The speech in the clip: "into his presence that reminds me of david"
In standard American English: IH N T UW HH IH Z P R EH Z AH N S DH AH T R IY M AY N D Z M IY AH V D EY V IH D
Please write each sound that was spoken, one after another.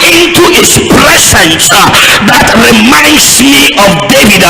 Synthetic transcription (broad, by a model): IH N T UW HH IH S P R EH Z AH N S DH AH T R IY M AY N D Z M IY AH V D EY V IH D